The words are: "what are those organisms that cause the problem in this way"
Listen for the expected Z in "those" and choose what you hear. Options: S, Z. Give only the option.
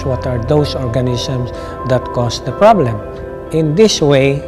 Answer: S